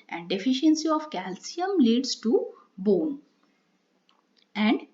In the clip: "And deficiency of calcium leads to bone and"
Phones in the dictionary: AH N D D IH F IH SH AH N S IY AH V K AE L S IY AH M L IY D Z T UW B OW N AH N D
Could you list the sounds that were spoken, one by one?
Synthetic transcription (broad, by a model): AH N D D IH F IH SH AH N S IY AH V K AE L S IY AH M L IY D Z T UW B OW N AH N D